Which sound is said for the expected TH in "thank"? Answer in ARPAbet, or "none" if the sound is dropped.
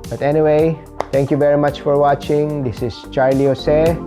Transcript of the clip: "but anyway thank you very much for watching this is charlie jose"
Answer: T